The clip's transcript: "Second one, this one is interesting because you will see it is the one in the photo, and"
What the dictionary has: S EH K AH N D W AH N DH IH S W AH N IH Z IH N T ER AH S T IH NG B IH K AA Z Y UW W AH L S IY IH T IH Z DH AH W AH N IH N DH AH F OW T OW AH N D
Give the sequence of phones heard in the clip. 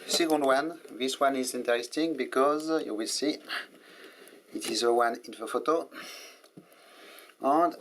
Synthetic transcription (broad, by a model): S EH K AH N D W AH N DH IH S W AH N IH Z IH N T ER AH S T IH NG B IH K AA Z Y UW W AH L S IY IH T IH Z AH W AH N IH N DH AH F OW T OW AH N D